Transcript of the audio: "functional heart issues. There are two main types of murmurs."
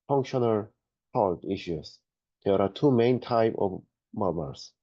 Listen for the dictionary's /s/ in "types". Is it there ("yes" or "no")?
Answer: no